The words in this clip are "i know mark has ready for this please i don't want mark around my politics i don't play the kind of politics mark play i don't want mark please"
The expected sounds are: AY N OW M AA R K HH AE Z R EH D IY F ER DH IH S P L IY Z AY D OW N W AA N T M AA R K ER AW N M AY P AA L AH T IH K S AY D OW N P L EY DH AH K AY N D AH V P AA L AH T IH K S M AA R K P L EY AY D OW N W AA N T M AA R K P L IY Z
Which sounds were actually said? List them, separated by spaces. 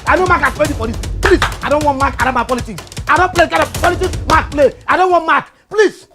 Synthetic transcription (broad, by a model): AY N OW M AA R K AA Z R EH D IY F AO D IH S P L IY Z AY D OW N W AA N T M AA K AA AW M AY P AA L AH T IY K S AY D OW N P L EY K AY D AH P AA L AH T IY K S M AA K P L EY AY D OW N W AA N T M AA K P L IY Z